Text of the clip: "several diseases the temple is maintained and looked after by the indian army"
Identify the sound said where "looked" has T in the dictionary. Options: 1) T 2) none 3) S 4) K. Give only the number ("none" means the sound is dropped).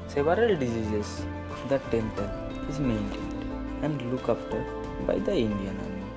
2